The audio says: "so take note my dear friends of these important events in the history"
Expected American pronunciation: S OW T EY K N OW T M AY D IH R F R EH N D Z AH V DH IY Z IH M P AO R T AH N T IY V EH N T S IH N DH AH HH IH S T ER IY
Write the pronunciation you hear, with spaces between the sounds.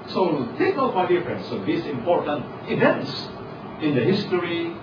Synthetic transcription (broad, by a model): S OW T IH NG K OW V M AY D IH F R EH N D S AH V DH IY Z IH M P AO R T AH N T IY V EH N T S IH N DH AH HH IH S T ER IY